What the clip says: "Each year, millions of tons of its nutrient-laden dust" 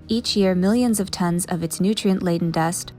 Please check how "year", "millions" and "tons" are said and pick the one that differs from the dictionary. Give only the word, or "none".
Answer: none